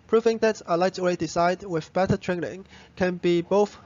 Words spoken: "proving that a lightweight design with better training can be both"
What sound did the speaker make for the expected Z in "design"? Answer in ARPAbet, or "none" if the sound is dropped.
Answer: S